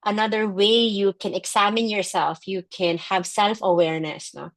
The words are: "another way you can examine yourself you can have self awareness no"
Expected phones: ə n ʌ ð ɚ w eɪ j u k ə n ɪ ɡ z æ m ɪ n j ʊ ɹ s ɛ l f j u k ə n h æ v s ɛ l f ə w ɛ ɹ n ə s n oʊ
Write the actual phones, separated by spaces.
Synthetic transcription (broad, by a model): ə n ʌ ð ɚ w eɪ j u k ə n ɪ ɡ s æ m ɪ n j ʊ ɹ s ɛ l f j u k ə n h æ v s ɛ l f ə w ɛ ɹ n ə s n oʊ